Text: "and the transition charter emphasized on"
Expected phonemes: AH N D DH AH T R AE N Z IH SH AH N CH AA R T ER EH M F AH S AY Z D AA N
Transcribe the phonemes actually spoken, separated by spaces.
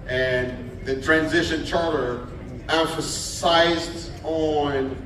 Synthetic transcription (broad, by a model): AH N DH AH T R AE N Z IH SH AH N CH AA R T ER EH M F AH S AY Z D N